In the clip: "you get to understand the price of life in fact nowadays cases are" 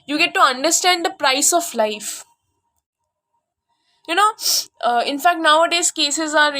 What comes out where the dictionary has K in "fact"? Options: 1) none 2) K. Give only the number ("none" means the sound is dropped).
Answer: 2